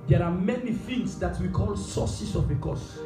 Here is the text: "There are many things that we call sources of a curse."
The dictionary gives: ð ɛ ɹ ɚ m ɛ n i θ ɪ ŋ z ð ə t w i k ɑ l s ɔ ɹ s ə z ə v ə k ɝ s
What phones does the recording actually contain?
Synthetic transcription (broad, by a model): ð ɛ ɹ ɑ m ɛ n i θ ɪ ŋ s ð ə t w i k ɑ l s ɔ s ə s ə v ə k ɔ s